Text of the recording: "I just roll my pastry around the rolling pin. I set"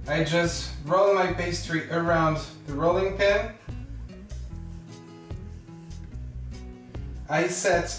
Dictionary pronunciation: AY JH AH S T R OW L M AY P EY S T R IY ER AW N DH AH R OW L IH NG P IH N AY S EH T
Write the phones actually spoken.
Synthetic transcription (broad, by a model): AY JH AH S T R OW L M AY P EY S T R IY ER AW N DH AH R OW L IH NG P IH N AY S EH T